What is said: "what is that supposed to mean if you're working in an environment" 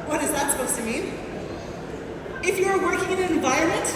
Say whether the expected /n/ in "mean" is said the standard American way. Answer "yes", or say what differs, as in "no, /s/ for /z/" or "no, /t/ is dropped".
no, /n/ is dropped